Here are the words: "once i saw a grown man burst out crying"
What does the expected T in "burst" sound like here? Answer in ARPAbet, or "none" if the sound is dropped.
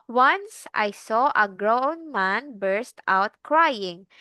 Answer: T